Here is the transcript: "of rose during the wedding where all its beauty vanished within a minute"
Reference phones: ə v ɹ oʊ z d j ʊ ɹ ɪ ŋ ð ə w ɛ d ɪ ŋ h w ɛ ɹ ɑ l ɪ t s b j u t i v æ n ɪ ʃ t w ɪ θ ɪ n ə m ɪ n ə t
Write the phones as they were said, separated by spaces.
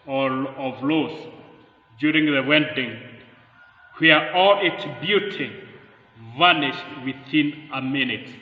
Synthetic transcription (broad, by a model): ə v l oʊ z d j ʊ ɹ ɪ ŋ ð ə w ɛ d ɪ ŋ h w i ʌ ɑ l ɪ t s b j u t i v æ n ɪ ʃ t w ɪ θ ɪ n ə m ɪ n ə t